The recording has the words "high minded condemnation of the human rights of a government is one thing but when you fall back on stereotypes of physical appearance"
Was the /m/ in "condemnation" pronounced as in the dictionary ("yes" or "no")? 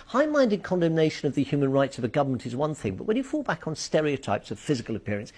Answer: yes